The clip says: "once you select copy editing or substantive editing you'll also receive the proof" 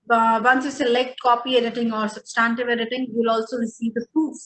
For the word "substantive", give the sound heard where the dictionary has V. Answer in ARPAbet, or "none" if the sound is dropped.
V